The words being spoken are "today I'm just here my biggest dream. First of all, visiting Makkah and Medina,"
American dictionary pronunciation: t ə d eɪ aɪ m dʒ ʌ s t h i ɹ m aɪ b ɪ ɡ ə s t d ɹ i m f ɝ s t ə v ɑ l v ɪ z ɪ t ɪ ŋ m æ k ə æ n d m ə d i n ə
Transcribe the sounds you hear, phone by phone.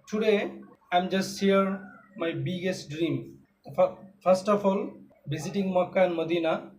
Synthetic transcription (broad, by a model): t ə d eɪ aɪ m dʒ ʌ s t h i ɹ m aɪ b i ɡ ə s t d ɹ i m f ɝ s t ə f ɑ l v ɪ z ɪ t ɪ ŋ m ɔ k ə n m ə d i n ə